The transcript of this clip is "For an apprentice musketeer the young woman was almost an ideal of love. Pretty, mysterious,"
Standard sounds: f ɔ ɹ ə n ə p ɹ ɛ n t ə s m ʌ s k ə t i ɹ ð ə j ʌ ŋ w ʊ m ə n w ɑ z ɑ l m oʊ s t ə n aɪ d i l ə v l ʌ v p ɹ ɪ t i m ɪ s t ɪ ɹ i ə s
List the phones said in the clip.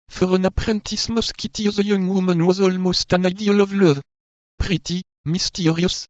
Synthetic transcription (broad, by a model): f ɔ ɹ ə n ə p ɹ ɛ n t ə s m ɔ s k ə t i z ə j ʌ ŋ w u m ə n w ɑ z ɑ l m oʊ s t ə n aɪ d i l ə v l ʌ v p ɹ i t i m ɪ s t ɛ ɹ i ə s